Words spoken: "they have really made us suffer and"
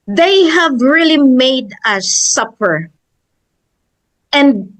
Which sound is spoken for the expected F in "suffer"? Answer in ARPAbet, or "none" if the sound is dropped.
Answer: P